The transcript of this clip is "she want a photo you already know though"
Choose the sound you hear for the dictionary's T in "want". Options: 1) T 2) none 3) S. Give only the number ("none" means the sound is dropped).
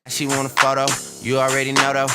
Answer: 2